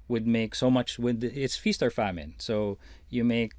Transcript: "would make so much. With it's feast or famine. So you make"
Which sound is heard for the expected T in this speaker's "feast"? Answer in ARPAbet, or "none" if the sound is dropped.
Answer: T